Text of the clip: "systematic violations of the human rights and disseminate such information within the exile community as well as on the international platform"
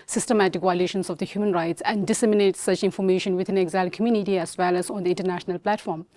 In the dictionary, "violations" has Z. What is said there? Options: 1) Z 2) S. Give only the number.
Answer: 2